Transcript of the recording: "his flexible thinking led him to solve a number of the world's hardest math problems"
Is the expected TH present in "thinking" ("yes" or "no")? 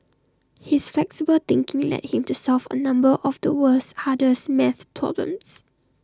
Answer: no